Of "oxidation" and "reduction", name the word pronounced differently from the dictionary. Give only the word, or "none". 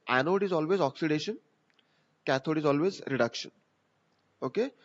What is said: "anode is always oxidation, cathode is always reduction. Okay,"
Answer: none